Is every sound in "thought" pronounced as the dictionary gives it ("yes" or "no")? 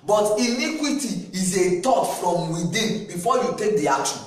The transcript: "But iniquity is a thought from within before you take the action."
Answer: no